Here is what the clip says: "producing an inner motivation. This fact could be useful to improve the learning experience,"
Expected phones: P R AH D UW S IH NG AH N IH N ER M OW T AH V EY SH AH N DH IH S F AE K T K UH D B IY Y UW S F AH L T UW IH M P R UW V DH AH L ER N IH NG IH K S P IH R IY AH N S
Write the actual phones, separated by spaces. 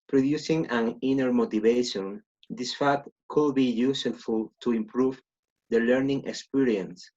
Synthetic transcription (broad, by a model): P R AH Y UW S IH NG AH N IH N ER M OW T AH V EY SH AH N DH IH S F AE T K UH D B IY Y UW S F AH L T UW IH M P R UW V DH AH L ER N IH NG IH K S P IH R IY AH N S